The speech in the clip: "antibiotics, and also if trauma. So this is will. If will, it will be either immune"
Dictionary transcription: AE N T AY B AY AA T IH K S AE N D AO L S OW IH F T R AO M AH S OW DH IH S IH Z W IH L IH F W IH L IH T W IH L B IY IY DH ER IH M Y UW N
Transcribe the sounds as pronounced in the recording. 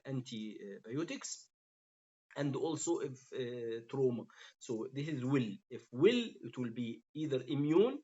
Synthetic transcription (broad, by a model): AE N T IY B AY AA T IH K S AE N D AO L S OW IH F T R AO M AH S OW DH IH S IH Z W IH L IH F W IH L IH T W IH L B IY IY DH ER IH M Y UW N